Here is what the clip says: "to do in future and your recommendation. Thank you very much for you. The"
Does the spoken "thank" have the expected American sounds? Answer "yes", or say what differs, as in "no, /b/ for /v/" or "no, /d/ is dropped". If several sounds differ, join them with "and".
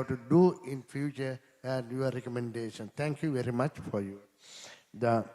no, /t/ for /θ/